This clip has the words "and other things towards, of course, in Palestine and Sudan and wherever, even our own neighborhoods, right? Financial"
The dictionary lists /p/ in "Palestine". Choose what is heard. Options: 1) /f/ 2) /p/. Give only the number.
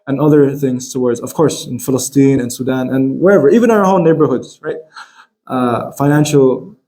1